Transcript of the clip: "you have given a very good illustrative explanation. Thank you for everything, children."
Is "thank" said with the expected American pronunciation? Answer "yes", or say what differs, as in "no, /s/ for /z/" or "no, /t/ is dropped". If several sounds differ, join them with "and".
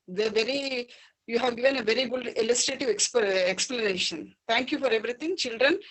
no, /t/ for /θ/